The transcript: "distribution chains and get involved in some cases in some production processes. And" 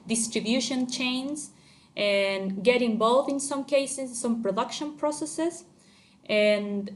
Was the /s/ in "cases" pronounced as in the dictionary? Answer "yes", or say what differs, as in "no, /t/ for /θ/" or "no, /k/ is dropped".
no, /s/ is dropped